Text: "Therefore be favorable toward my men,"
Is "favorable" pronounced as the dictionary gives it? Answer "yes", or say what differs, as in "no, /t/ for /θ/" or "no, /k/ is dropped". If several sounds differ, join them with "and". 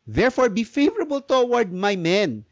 yes